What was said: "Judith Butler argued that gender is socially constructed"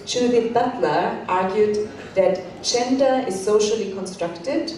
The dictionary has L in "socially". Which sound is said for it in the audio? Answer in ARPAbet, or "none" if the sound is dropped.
L